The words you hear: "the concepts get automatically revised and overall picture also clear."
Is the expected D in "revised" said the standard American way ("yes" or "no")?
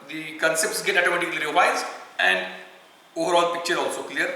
no